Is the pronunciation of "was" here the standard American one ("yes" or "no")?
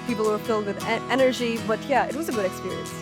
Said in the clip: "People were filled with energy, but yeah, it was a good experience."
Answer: yes